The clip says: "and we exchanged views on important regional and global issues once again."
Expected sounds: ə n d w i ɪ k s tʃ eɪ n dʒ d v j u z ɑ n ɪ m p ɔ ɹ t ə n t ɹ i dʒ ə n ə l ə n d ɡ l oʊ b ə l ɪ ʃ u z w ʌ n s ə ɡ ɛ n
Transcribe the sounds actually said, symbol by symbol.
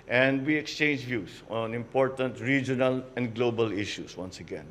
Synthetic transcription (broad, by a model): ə n d w i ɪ k s tʃ eɪ n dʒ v j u s ɑ n ɪ m p ɔ ɹ t ə n t ɹ i dʒ ə n ə l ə n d ɡ l oʊ b ə l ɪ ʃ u s w ʌ n s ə ɡ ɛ n